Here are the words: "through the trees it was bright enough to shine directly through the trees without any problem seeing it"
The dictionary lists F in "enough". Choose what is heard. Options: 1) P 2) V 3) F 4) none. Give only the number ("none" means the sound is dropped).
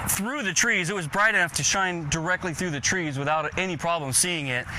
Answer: 3